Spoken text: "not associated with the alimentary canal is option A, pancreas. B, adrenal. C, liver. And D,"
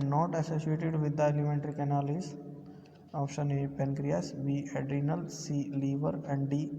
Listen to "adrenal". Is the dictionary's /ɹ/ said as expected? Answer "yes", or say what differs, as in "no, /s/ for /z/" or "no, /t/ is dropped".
yes